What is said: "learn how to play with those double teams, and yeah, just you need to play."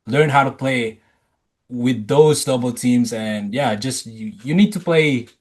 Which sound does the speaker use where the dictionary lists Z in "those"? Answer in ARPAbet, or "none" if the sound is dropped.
Z